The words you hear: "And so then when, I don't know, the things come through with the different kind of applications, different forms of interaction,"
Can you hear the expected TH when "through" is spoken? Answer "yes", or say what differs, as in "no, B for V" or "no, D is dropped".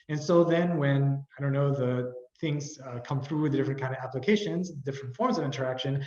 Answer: yes